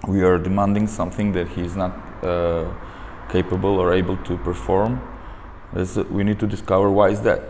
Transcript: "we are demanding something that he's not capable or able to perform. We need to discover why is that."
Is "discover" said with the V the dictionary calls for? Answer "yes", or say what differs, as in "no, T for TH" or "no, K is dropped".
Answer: yes